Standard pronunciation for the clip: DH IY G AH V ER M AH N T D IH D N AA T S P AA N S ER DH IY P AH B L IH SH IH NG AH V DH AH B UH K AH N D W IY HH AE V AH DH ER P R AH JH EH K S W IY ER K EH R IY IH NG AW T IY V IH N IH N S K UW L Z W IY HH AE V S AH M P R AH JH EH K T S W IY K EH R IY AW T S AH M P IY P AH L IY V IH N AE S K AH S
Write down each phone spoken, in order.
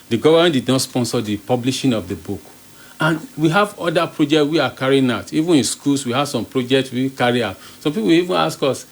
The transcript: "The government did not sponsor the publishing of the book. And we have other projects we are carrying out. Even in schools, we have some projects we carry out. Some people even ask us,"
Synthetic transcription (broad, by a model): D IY G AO V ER M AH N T D IH D N AA T S P AA N S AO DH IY P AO B L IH SH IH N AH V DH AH B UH K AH N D W IY HH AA V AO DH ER P R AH JH EH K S W IY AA K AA R IY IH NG AW T IY V IH N IH N S K UW L S W IY HH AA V S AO M P R AH JH EH K T S W IY K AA R IY AW T S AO M P IY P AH W IY V IH N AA S K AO S